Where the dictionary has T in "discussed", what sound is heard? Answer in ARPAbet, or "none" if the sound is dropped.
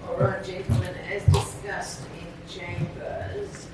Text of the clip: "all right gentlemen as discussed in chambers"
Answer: T